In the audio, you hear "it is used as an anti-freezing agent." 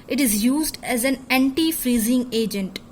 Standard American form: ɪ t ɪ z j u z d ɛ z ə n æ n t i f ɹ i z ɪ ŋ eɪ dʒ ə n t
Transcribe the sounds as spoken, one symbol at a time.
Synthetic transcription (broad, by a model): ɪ t ɪ z j u z d ɛ z ə n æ n t i f ɹ i z ɪ ŋ eɪ dʒ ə n t